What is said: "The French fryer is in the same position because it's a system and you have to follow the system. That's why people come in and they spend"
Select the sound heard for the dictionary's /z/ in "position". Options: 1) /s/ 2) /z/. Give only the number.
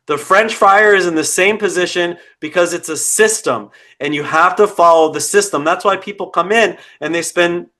2